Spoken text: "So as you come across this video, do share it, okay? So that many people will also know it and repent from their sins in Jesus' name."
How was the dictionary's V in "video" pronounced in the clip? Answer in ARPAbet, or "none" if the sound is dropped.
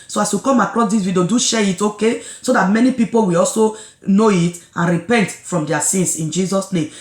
W